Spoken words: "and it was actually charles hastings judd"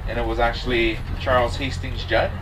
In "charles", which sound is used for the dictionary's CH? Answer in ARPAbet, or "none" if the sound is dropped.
CH